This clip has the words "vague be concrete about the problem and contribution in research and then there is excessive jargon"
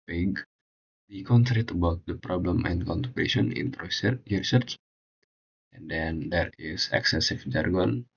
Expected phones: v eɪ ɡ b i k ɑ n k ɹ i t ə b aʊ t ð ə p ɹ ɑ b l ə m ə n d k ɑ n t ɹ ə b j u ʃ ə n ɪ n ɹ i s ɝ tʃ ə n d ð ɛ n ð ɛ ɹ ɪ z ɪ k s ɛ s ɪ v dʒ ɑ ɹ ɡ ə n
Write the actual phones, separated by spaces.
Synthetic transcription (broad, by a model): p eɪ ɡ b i k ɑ n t ɹ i t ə b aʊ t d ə p ɹ ɑ b l ə m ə n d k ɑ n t ə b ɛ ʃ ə n ɪ n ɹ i s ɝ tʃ ə n d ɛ n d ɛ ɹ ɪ s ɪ k s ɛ s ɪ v dʒ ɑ ɹ ɡ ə n